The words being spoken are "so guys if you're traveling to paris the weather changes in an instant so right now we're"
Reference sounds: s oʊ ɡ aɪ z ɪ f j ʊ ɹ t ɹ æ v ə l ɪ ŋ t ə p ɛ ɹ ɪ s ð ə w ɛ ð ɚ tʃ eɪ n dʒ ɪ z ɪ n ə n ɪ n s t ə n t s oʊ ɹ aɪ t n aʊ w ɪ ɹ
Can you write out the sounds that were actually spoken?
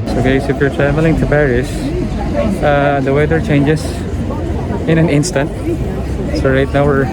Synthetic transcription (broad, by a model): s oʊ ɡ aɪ s ɪ f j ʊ ɹ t ɹ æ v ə l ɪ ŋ t ə p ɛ ɹ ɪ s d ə w ɛ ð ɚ tʃ eɪ n dʒ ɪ s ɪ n ə n ɪ n s t ə n t s oʊ ɹ aɪ t n aʊ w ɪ ɹ